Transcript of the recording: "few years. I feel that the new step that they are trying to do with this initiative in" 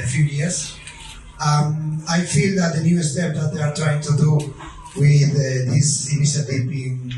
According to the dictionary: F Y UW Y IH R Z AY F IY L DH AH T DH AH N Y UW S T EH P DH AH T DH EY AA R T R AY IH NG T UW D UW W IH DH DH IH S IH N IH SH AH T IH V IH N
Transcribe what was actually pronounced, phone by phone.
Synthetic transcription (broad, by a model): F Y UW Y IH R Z AY F IY L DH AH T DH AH N Y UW S T EH P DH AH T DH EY AA R T R AY IH NG T UW D UW W IH DH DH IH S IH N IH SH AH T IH P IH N